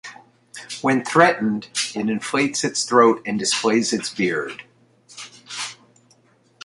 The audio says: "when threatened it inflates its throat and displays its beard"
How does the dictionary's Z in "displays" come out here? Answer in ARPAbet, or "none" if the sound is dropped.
Z